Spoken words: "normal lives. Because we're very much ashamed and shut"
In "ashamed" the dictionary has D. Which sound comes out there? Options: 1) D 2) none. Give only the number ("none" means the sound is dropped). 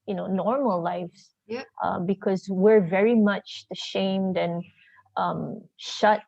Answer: 1